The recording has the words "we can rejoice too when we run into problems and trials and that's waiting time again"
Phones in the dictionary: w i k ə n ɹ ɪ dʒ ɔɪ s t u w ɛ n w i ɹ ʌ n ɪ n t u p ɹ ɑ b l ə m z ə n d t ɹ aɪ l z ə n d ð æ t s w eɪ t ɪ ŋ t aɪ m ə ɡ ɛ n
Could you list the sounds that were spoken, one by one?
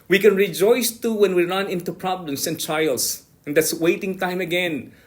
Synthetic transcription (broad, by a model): w i k ə n ɹ ɪ dʒ ɔɪ s t u w ɛ n w i ɹ ʌ n ɪ n t u p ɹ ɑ b l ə m s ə n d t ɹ aɪ l s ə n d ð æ t s w eɪ t ɪ ŋ t aɪ m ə ɡ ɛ n